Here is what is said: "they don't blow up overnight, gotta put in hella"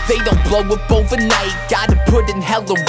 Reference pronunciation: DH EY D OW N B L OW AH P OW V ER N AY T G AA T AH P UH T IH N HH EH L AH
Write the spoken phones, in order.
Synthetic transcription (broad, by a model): DH EY D OW N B L OW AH B OW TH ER N AY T G AA T AH P UH T IH N HH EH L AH